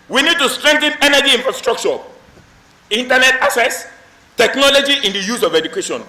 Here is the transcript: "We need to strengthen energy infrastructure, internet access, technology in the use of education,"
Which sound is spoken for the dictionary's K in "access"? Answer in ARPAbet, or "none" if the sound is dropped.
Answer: none